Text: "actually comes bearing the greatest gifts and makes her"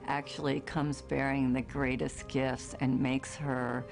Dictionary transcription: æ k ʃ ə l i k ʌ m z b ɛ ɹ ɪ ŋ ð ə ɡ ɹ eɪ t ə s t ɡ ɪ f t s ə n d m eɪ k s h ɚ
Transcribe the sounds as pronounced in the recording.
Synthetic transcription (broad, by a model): æ k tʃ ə l i k ʌ m z b ɛ ɹ ɪ ŋ ð ə ɡ ɹ eɪ t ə s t ɡ ɪ f t s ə n m eɪ k s h ɚ